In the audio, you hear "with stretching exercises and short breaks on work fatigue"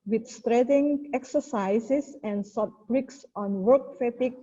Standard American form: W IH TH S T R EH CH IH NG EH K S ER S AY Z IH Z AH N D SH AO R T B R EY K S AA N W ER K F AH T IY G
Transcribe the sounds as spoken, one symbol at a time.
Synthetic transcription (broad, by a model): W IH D S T R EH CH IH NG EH K S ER S AY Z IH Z AH N D S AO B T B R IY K S AA N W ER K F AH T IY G